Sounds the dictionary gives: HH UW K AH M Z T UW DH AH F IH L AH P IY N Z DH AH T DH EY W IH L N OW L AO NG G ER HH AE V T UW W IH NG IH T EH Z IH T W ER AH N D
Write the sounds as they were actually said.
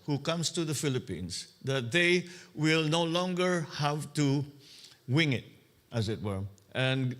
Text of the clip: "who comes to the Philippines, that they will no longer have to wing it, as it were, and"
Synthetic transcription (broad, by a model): HH UW K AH M S T UW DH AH F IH L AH P IY N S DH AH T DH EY W IH L N OW L AO NG G ER HH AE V T UW W IH NG IH T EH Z IH T W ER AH N